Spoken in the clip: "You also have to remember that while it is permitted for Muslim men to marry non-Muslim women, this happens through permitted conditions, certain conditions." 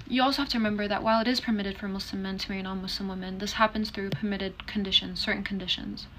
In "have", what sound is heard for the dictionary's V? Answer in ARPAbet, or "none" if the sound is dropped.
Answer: F